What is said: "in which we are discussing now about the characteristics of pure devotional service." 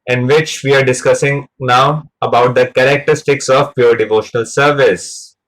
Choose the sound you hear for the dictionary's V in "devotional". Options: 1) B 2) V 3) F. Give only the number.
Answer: 2